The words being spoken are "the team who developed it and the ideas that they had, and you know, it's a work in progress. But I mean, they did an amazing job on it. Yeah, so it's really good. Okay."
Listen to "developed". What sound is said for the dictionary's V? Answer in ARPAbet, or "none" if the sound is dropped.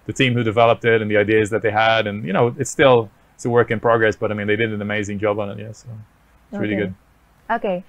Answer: V